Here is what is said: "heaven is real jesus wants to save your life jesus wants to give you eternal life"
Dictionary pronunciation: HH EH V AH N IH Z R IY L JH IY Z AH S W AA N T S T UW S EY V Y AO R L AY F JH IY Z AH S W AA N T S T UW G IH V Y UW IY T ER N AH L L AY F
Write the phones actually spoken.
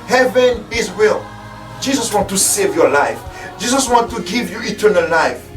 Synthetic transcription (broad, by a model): HH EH V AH N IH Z W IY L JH IY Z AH S W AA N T T UW S EY V Y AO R L AY F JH IY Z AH S W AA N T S T UW G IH V Y UW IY T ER N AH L L AY F